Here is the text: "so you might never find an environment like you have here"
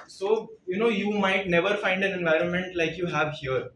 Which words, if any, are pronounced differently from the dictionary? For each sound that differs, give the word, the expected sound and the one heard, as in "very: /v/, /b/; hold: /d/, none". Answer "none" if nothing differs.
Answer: none